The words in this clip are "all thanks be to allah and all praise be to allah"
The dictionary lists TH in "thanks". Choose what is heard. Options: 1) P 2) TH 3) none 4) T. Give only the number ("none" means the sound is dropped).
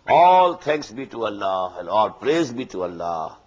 4